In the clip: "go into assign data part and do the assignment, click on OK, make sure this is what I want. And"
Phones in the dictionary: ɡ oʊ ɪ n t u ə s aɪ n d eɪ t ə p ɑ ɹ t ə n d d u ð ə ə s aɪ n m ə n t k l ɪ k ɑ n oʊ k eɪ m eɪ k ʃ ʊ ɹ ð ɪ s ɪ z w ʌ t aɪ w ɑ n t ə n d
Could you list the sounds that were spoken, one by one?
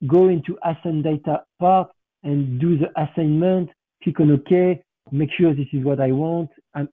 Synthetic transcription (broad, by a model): ɡ oʊ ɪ n t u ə s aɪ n d eɪ t ə p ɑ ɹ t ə n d d u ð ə ə s aɪ n m ə n t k i k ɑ n oʊ k eɪ m eɪ k ʃ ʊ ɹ ð ɪ s ɪ z w ʌ t aɪ w ɑ n t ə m